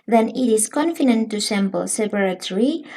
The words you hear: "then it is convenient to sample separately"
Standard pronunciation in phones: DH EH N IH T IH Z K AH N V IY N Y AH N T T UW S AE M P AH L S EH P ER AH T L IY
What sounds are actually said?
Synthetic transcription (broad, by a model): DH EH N IH T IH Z K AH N F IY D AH N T T UW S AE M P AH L S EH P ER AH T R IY